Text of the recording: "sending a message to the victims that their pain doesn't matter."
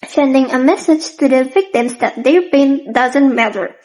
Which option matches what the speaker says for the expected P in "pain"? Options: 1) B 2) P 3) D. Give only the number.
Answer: 1